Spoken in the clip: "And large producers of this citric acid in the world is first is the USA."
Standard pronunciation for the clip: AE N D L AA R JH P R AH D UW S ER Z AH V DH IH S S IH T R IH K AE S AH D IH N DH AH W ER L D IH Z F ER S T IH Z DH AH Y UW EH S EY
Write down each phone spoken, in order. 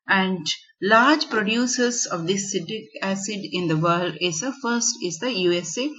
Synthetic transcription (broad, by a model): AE N D L AA R JH P R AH D UW S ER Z AH V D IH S S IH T IH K AE S AH D IH N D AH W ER L D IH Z F ER S T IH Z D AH Y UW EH S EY